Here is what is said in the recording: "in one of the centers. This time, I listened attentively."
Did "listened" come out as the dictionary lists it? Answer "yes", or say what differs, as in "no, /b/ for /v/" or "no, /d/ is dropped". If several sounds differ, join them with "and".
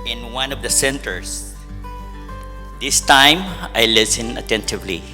no, /d/ is dropped